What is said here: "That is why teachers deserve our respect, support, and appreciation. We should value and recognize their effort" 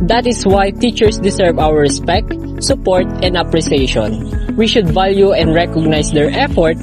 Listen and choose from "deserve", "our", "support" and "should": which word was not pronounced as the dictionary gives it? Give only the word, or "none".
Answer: deserve